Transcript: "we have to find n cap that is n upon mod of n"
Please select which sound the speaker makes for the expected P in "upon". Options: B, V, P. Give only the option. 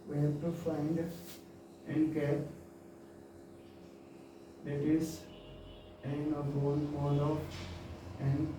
B